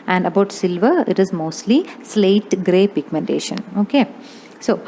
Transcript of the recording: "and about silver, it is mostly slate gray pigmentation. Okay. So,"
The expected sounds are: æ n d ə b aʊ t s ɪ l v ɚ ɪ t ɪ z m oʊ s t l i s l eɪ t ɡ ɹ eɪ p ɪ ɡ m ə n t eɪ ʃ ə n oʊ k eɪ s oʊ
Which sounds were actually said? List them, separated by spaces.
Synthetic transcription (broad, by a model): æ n d ə b aʊ t s ɪ l v ɚ ɪ t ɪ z m oʊ s t l i s l eɪ t ɡ ɹ eɪ p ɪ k m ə n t eɪ ʃ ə n oʊ k eɪ s oʊ